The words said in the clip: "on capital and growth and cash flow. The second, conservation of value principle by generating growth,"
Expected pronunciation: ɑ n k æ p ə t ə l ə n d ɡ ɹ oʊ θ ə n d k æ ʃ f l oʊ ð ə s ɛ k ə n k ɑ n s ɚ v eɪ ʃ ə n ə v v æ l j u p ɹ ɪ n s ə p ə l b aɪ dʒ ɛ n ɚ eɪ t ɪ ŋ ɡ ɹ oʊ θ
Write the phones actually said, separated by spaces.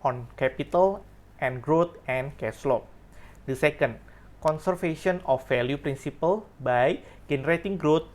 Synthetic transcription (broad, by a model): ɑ n k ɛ p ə t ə l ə n ɡ ɹ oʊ t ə n k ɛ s l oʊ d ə s ɛ k ə n k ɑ n s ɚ f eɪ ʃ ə n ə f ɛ l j u p ɹ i n s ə p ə l b aɪ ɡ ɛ n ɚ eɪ t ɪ ŋ ɡ ɹ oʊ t